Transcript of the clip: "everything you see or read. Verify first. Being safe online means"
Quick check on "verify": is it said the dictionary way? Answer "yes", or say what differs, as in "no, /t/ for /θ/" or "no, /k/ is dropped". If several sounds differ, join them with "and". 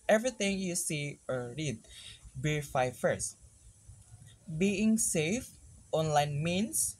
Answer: no, /b/ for /v/